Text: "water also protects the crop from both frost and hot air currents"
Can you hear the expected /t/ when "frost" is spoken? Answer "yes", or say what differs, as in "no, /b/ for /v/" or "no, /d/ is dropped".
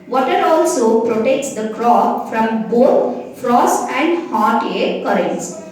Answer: yes